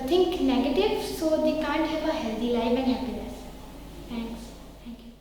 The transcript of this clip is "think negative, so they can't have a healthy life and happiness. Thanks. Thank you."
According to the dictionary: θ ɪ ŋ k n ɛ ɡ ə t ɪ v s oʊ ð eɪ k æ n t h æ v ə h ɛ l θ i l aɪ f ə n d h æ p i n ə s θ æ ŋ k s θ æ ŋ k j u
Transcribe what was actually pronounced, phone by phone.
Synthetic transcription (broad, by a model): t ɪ ŋ k n ɛ ɡ ə t ɪ v s oʊ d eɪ k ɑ n t h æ v ə h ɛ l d i l aɪ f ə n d h æ p i n ə s t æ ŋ k s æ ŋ k j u